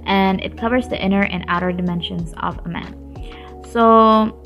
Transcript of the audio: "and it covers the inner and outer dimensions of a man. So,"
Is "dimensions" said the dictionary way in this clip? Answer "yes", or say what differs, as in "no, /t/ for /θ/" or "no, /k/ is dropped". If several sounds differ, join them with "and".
yes